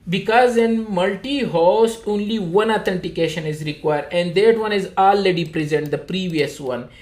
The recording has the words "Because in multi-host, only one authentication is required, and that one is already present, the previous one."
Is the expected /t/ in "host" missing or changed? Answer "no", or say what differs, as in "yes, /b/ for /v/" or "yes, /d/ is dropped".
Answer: yes, /t/ is dropped